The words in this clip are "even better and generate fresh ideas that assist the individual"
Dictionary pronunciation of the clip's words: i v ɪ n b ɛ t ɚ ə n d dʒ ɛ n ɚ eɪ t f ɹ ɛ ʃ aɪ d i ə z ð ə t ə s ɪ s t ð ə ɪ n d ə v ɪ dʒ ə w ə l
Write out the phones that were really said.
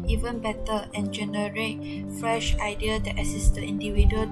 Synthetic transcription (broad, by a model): i v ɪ n b ɛ t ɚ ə n dʒ ɛ n ɚ eɪ t f ɹ ɛ ʃ aɪ d i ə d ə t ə s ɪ s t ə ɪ n d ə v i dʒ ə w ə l